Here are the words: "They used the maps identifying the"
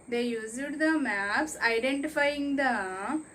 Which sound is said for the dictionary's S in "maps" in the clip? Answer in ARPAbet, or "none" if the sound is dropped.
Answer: S